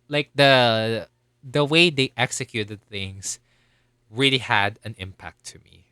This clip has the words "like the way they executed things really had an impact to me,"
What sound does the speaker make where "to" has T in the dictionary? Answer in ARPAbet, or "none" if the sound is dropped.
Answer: T